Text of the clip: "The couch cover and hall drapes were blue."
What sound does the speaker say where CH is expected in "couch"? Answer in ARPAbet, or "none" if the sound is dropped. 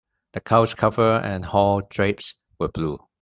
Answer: S